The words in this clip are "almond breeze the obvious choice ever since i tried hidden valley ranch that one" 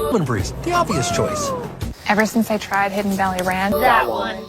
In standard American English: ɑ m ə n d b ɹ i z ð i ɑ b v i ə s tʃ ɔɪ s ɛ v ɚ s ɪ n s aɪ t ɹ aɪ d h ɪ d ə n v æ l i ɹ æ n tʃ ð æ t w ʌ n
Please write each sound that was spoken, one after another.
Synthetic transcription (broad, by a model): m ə n b ɹ i z ð i ɑ b v i ə s tʃ ɔɪ s ɛ v ɚ s ɪ n s aɪ t ɹ aɪ d h ɪ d n b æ l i ɹ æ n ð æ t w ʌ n